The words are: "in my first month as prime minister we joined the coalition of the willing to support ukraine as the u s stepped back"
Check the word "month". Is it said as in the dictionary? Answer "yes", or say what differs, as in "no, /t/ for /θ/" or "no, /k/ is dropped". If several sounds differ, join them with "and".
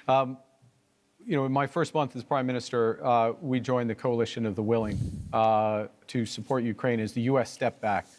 yes